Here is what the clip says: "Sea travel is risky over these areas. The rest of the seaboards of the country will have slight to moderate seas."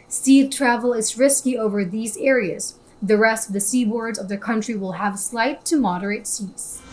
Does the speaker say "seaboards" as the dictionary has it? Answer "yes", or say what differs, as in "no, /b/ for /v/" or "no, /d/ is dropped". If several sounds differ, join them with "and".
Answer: yes